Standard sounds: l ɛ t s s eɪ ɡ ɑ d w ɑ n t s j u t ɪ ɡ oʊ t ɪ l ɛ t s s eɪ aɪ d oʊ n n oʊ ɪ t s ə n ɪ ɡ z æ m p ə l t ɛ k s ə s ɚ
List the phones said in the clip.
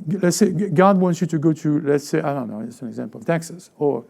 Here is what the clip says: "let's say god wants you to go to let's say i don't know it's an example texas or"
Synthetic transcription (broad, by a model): l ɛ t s s eɪ ɡ ɑ d w ɑ n t s j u t ɪ ɡ oʊ t ɪ l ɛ t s s eɪ aɪ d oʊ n n oʊ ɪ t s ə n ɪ ɡ z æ m p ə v t ɛ k s ə s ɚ